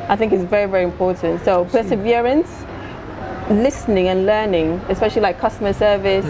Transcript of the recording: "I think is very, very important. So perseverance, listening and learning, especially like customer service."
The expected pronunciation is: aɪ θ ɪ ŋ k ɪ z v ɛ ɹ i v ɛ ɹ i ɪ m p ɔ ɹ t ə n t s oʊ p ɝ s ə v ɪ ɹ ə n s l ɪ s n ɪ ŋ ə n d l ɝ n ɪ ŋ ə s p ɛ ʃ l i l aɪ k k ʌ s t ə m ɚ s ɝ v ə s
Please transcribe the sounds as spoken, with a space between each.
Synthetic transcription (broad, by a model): aɪ θ ɪ ŋ k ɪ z v ɛ ɹ i v ɛ ɹ i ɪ m p ɔ ɹ t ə n t s oʊ p ɝ s ə v ɪ ɹ ə n s l ɪ s n ɪ ŋ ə n l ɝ n ɪ ŋ ə s p ɛ ʃ l i l aɪ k k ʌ s t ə m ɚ s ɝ v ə s